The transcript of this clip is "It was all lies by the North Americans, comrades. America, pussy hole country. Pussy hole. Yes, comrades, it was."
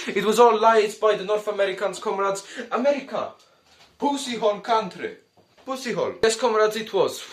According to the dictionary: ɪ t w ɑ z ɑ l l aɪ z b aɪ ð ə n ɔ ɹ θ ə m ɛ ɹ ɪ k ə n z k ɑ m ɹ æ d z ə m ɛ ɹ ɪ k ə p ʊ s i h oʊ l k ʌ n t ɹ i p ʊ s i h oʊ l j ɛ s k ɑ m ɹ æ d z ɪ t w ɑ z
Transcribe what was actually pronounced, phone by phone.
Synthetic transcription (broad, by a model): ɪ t w ɑ z ɑ l l aɪ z b aɪ ð ə n ɔ ɹ θ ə m ɛ ɹ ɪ k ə n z k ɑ m ɹ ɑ d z ə m ɛ ɹ ɪ k ə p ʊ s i h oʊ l k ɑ n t ɹ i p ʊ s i h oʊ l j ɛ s k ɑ m ɹ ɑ d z ɪ t w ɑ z